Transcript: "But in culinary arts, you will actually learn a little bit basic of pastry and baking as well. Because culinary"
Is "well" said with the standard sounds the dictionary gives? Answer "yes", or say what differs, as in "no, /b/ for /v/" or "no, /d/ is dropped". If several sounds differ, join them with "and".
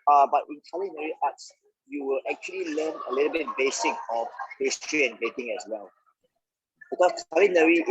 yes